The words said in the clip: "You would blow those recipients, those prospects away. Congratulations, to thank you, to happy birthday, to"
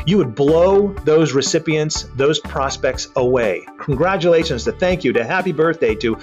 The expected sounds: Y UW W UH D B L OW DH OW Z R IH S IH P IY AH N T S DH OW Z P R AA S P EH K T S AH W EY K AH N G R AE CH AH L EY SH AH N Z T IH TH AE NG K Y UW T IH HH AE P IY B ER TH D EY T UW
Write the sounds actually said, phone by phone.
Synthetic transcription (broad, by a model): Y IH W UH D B L OW DH OW Z R IH S IH P IY AH N T S DH OW Z P R AA S P EH K T S AH W EY K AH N G R AE CH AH L EY SH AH N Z T IH TH AE NG K Y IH T IH HH AE P IY B ER TH D EY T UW